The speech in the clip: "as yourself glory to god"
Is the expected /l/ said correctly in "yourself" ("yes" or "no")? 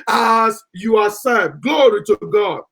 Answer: no